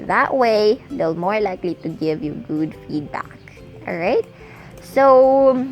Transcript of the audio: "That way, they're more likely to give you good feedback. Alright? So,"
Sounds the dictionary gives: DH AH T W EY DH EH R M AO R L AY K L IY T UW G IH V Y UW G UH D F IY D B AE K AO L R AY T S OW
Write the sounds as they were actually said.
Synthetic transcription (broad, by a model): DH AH T W EY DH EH L M AO R L AY K L IY T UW G IH V Y UW G UH D F IY D B AE K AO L R AY T S OW